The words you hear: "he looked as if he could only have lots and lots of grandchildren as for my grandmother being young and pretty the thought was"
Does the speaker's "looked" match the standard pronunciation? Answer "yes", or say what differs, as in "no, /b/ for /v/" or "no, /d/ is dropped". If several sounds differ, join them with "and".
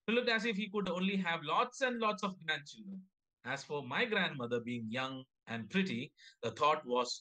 no, /t/ is dropped